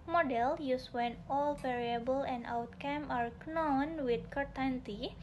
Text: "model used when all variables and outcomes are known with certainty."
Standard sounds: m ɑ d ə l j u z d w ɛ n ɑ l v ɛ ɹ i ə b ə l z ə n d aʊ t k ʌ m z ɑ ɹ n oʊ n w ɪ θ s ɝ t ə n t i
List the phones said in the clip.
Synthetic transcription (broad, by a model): m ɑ d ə l j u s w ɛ n ɑ l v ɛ ɹ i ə b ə l ə n d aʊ t k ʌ m ɑ ɹ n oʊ n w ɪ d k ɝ t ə n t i